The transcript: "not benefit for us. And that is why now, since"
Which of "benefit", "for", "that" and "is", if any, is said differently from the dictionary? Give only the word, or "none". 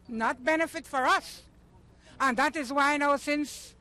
none